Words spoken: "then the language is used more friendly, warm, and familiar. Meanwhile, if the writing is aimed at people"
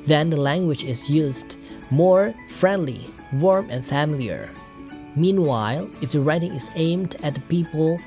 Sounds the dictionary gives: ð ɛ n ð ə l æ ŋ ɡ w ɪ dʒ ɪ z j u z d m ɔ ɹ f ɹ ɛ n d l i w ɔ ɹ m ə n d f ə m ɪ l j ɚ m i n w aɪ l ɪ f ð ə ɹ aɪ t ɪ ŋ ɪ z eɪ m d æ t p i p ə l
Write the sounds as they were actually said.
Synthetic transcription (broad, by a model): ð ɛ n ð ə l æ ŋ ɡ w ɪ dʒ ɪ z j u z d m ɔ ɹ f ɹ ɛ n d l i w ɔ ɹ m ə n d f ə m ɪ l j ɚ m i n w aɪ l ɪ f ð ə ɹ aɪ t ɪ ŋ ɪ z eɪ m d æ t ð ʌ p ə l